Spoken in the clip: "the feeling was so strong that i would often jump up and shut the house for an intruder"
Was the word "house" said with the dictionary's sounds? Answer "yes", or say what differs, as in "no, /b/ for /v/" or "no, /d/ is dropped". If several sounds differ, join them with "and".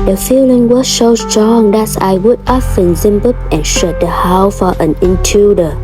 no, /s/ is dropped